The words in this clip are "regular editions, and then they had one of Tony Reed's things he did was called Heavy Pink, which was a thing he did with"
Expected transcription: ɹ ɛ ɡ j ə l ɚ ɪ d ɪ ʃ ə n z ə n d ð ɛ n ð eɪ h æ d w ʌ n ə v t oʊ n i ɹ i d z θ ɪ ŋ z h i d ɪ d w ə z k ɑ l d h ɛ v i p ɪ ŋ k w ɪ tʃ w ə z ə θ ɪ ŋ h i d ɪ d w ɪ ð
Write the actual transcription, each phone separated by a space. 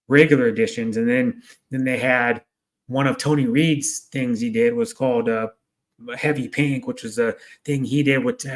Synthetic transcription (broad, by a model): ɹ ɛ ɡ j l ɚ ɪ d ɪ ʃ ə n z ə n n ð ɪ n ð eɪ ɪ d w ʌ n ə v t oʊ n i ɹ i d z θ ɪ ŋ z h i d ɪ d w ə z k ɑ l d h ɛ v i p ɪ ŋ k w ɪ tʃ w ə z ə θ ɪ ŋ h i d ɪ d w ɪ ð